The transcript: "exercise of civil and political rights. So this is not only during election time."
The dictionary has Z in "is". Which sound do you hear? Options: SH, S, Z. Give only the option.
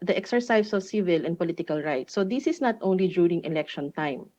S